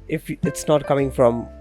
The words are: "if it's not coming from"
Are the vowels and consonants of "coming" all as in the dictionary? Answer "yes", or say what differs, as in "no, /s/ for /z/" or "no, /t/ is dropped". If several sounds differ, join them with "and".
yes